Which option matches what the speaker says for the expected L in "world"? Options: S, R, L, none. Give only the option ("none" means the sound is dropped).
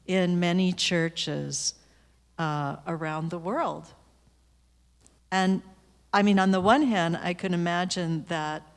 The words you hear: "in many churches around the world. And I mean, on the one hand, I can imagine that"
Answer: L